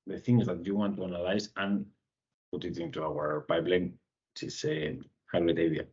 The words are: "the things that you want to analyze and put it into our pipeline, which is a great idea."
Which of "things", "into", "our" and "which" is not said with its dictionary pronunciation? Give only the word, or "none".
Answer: which